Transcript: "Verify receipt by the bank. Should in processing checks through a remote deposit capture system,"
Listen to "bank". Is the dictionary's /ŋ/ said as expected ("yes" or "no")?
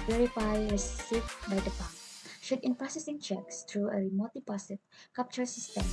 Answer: no